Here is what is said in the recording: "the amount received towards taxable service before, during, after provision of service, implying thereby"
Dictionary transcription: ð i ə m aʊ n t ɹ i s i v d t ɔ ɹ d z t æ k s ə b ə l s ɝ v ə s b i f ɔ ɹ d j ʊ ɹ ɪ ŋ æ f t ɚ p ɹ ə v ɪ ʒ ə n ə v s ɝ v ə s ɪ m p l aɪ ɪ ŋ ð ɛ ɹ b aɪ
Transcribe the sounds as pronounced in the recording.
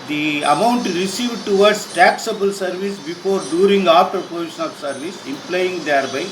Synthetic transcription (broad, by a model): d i ə m aʊ n t ɹ i s i v d t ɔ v d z t æ k s ə b ə l s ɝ v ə s b i f ɔ ɹ d j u ɹ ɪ ŋ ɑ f t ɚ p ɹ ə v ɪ ʃ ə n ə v s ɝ v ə s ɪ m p l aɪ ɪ ŋ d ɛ ɹ b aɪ